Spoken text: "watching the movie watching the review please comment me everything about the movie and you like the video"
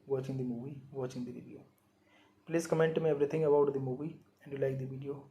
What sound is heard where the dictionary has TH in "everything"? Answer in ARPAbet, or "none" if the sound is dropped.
T